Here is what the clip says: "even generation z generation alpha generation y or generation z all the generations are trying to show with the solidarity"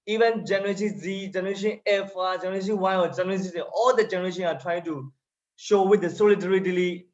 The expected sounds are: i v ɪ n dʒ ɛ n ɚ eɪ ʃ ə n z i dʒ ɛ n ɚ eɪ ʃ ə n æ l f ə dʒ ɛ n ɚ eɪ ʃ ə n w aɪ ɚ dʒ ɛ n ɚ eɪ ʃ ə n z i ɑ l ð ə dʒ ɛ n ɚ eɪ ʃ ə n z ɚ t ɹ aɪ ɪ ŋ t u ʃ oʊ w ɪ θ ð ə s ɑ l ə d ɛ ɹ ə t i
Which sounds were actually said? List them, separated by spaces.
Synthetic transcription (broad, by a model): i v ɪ n dʒ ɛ n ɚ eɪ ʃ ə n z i dʒ ɛ n ɚ eɪ ʃ ə n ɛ f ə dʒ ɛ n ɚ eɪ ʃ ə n w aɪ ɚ dʒ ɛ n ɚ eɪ s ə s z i ɑ l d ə dʒ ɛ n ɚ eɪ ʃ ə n ɑ t ɹ aɪ ɪ ŋ t u ʃ oʊ w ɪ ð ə s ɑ l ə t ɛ ɹ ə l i